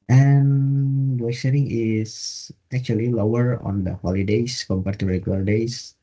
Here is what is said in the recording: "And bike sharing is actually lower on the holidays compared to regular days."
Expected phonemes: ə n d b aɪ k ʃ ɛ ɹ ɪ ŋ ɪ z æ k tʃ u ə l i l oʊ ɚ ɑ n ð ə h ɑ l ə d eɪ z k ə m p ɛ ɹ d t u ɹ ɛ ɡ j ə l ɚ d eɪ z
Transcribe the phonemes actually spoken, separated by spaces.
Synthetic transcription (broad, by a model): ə n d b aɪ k s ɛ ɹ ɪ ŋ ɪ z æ k tʃ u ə l i l oʊ ɚ ɑ n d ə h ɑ l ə d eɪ s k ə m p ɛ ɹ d t u ɹ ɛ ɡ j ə l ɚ d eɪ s